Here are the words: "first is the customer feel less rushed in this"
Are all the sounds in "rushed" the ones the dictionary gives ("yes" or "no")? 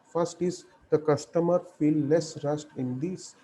no